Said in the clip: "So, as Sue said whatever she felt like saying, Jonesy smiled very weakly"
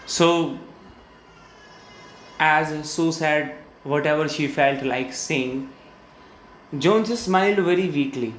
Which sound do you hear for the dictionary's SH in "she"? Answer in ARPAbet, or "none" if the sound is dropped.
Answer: SH